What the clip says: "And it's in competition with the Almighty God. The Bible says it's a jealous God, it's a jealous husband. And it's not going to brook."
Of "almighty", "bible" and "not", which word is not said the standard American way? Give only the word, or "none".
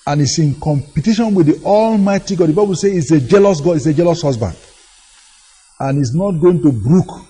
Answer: none